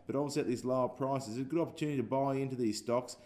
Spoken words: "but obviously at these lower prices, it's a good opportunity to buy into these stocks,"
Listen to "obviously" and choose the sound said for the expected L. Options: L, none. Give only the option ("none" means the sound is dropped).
none